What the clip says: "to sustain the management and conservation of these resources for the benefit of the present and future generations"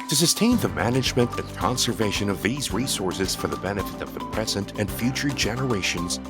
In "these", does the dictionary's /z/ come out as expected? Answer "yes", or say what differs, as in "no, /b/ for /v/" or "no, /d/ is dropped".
yes